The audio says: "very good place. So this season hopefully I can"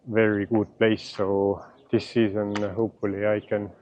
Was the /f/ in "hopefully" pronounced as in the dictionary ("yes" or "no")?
no